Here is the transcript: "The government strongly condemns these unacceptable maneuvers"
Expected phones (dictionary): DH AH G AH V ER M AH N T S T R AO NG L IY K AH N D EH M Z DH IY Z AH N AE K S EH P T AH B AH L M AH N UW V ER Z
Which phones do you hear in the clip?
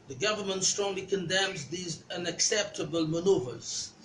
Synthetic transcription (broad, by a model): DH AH G AH V ER M AH N T S T R AO NG L IY K AH N D EH M Z DH IY Z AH N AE K S EH P T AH B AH L M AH N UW V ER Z